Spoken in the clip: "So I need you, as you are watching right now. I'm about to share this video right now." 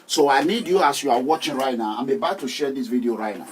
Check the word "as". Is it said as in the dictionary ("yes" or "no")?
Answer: no